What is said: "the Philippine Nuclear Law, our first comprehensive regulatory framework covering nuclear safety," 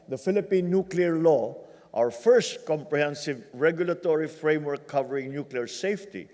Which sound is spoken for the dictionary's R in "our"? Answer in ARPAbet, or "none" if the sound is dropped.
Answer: W